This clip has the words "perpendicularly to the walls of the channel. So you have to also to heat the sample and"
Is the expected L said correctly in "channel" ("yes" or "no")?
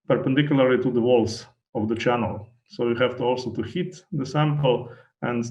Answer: yes